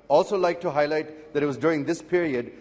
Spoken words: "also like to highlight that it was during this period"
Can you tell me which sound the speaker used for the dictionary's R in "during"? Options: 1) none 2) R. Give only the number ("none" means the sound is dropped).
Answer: 2